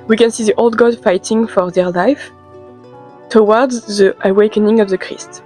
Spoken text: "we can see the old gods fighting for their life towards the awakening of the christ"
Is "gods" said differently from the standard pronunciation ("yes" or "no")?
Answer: yes